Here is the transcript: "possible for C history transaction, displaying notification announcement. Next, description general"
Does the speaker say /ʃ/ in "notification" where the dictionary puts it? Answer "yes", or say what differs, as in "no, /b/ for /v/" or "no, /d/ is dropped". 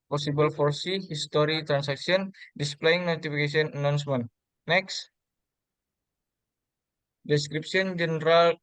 no, /s/ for /ʃ/